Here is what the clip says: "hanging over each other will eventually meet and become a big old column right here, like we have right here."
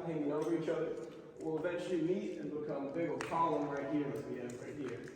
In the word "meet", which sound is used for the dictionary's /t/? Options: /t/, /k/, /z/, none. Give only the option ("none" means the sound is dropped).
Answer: /t/